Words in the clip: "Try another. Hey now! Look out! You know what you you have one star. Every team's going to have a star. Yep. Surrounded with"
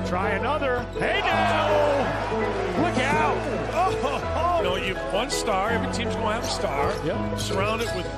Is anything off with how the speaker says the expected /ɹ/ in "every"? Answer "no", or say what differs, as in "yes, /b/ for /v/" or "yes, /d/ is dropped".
yes, /ɹ/ is dropped